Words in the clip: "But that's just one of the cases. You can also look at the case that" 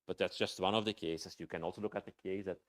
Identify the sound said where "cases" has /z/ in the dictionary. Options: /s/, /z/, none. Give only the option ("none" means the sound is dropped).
/s/